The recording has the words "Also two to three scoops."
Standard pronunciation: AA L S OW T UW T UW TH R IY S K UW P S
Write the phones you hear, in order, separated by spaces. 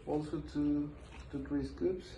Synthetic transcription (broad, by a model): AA L S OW T UW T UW T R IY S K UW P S